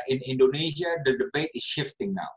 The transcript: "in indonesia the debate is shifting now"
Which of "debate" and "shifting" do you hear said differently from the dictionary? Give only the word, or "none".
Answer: none